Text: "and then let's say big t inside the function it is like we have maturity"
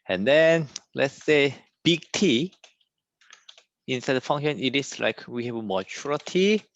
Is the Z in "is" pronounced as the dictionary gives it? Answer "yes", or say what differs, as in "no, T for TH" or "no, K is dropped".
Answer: no, S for Z